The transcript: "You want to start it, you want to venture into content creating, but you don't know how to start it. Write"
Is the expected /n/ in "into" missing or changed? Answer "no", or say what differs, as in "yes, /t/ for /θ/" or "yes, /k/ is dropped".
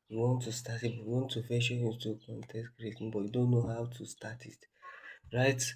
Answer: yes, /n/ is dropped